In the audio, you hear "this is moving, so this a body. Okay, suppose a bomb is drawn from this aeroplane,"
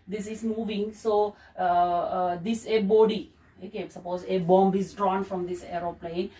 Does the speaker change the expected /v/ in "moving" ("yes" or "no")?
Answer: no